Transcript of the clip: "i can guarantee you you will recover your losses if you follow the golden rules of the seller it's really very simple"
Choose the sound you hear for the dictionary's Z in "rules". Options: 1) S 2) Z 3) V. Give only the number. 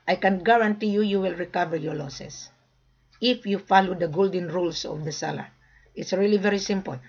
1